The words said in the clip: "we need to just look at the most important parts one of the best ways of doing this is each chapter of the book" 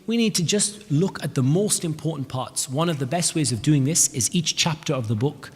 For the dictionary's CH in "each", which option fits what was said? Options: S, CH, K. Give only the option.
CH